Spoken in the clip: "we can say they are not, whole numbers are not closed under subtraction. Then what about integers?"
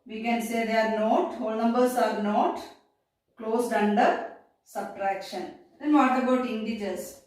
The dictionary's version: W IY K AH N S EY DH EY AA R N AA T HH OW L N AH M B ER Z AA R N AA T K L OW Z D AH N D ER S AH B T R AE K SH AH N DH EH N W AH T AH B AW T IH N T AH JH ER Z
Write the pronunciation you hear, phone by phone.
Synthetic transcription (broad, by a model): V IY K AH N S EY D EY AA R N AA T HH OW L N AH M B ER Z AA R N AA T K L OW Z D AH N D ER S AH B T R AE K SH AH N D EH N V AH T AH B AW T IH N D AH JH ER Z